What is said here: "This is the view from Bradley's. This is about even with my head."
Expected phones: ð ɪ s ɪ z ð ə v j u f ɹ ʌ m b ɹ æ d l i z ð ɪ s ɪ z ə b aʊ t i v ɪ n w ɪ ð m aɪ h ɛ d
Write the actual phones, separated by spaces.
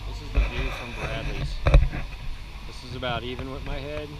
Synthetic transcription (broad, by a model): ð ɪ s ɪ z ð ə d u f ɹ ʌ m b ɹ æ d i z ð ɪ s ɪ z ə b aʊ t i v ɪ n w ɪ ð m aɪ h ɛ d